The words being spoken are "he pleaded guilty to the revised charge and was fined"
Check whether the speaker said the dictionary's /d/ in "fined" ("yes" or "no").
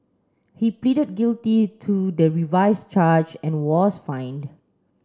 yes